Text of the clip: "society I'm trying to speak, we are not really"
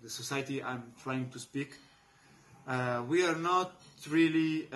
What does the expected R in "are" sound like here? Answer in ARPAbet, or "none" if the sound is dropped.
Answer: R